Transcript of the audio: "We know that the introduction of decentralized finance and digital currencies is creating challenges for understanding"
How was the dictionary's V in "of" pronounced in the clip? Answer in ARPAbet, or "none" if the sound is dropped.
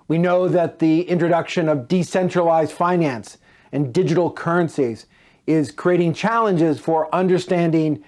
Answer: V